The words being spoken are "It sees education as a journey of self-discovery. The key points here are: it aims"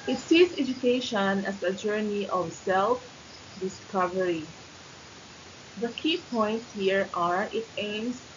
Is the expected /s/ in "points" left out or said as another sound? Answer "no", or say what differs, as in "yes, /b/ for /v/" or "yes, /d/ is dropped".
no